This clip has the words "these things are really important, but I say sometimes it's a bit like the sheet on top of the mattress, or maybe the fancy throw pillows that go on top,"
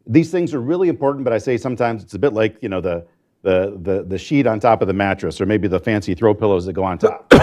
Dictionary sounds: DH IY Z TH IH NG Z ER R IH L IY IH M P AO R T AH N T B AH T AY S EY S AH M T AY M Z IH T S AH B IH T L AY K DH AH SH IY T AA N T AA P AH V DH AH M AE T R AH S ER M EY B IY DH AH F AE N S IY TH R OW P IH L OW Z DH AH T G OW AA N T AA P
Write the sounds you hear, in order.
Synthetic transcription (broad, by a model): DH IY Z TH IH NG Z ER R IH L IY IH M P AO R T N B AH T AY S EY S AH M T AY M Z IH T S AH B IH T L AY K DH AH SH IY T N T AA P AH V DH AH M AE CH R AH S ER M EY B IY DH AH F AE N S IY TH R OW P IH L OW Z DH AH T G OW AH N T AA P